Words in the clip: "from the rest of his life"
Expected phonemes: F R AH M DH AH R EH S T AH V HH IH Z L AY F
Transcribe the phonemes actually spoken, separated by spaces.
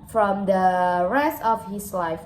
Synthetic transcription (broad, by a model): F R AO M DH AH R EH S T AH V HH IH S L AY F